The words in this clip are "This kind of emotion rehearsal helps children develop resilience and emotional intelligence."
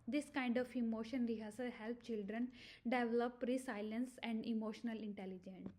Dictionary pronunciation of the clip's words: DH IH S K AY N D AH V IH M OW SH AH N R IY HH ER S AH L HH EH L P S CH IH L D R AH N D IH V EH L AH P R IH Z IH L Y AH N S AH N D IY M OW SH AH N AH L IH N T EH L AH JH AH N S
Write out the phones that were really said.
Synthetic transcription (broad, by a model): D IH S K AY N D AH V IH M OW SH AH N R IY HH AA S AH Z HH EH L P CH IH L D R AH N D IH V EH L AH P R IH S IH L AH N S AH N D IY M OW SH AH N AH L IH N T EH L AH JH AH N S